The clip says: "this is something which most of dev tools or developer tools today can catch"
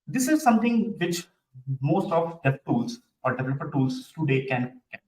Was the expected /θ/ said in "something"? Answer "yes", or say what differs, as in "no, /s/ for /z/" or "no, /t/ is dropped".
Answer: no, /t/ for /θ/